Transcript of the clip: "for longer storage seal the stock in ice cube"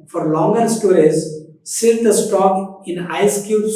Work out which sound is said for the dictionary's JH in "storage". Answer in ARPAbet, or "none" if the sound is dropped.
Z